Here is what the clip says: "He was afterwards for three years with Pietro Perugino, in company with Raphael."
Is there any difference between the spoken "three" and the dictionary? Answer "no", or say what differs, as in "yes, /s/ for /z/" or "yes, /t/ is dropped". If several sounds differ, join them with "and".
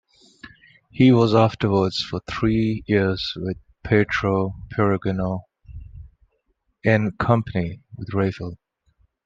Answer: no